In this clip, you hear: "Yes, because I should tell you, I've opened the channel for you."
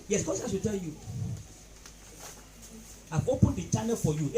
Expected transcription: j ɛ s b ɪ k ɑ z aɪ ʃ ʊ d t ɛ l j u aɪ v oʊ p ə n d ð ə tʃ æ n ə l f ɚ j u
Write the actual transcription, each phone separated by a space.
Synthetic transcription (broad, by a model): j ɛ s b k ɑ s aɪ s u t ɛ l j u aɪ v oʊ p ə n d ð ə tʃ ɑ n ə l f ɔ j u